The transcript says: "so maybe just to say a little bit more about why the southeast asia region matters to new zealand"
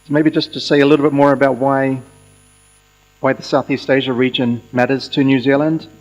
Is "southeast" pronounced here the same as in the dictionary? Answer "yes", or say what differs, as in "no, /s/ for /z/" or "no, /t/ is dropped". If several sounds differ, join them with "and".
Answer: yes